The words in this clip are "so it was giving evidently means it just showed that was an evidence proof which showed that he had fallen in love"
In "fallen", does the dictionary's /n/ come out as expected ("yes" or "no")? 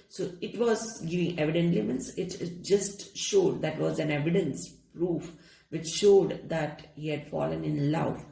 yes